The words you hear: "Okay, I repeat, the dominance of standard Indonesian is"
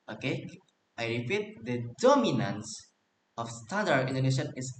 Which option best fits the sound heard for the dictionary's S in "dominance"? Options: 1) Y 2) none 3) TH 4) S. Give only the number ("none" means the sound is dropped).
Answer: 4